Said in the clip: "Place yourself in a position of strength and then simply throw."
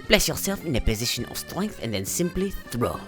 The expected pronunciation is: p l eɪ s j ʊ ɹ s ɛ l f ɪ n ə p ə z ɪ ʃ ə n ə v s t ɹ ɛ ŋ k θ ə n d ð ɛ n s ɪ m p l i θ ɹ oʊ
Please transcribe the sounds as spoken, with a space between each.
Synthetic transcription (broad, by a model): p l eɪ s j ʊ ɹ s ɛ l f ɪ n ə p ə z ɪ ʃ ə n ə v s t ɹ ɛ ŋ k θ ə n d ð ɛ n s ɪ m p l i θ ɹ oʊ